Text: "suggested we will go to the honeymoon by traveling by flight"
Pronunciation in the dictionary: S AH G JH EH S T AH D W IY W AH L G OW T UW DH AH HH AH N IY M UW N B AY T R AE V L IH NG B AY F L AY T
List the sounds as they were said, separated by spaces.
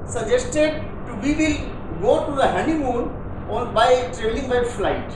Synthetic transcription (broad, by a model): S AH JH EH S T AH D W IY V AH L G OW T UW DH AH HH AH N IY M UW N B AY T R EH L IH NG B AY F L AY T